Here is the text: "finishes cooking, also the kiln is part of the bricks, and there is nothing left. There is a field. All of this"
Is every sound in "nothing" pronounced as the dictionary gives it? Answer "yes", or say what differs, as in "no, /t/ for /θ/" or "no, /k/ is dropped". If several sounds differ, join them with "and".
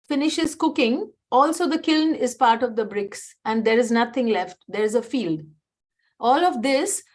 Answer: no, /t/ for /θ/